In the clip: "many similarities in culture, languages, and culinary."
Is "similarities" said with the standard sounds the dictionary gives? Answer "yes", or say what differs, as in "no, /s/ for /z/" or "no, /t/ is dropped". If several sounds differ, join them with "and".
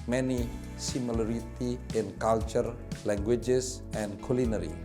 no, /z/ is dropped